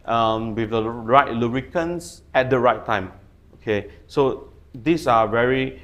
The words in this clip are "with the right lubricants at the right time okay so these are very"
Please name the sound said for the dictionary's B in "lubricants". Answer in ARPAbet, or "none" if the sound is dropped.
none